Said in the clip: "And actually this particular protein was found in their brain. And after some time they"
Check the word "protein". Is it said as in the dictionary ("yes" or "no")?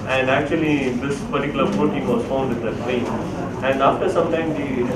no